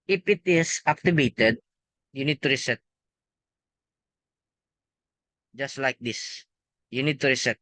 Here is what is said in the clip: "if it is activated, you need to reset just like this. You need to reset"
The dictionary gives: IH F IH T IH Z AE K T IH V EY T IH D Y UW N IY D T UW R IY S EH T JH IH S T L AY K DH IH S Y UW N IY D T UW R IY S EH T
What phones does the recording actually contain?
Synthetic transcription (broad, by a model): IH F IH T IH S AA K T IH B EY T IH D Y UW N IY D T UW R IY S EH T JH IH S T L AY K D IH S Y UW N IY D T UW R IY S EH T